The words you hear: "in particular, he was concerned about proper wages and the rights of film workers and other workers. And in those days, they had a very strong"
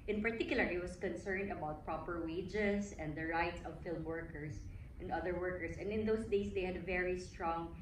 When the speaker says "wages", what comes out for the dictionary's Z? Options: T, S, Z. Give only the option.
S